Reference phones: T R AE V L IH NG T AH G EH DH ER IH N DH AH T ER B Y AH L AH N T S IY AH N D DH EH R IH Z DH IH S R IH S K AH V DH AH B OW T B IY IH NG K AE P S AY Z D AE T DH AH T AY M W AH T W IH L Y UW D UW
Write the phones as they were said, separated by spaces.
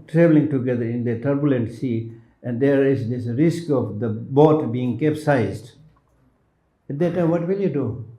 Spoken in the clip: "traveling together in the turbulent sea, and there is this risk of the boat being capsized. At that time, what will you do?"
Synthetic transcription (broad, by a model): T R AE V L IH NG T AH G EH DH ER IH N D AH T ER B Y AH L AH N T S IY AH N D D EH R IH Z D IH S R IH S K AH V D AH B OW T B IY IH NG K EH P S AY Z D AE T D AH T AY M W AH T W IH L Y UW D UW